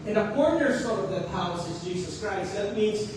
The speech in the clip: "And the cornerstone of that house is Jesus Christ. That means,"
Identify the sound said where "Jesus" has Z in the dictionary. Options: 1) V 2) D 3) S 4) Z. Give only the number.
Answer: 4